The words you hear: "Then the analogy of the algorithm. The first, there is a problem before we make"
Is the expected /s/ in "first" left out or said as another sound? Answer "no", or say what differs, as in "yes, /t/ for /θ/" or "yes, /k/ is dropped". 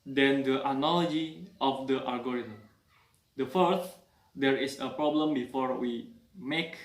yes, /s/ is dropped